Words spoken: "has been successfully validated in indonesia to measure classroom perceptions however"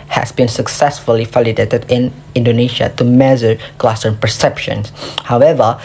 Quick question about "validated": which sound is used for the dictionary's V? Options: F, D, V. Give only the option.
F